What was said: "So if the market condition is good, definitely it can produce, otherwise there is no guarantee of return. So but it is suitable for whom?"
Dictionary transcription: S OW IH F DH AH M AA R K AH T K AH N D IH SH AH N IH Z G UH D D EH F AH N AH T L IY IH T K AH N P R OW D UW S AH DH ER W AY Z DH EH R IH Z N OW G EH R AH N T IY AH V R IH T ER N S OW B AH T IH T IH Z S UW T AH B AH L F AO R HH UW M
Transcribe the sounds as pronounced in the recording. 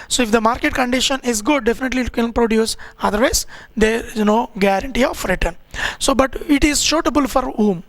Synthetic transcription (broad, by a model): S OW IH F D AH M AA R K AH T K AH N D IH SH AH N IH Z G UH D D EH F AH N AH T L IY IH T K AH N P R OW D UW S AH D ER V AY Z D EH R IH Z N OW G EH R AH N T IY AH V R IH T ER N S OW B AH T IH T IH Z SH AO T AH B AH L F AO R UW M